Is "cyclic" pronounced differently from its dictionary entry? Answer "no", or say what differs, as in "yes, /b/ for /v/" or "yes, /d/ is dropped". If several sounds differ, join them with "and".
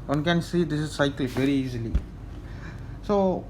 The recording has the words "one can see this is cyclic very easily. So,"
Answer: yes, /l/ is dropped